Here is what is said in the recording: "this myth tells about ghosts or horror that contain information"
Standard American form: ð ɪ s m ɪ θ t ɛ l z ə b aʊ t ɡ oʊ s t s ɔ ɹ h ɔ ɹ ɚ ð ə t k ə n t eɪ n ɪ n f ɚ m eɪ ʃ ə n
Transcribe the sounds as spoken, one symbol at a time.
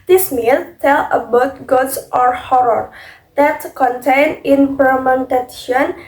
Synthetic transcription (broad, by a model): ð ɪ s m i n t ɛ l ə b aʊ t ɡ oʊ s t ɔ ɹ h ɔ ɹ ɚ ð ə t k ə n t eɪ n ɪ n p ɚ m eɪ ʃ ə n